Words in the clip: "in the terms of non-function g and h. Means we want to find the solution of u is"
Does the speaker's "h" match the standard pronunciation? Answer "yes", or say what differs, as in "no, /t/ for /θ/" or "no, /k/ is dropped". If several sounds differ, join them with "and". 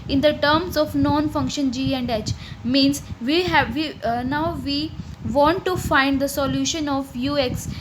yes